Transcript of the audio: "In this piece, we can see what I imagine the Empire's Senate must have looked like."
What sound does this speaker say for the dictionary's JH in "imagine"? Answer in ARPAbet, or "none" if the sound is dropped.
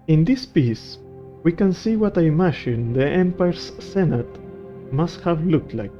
SH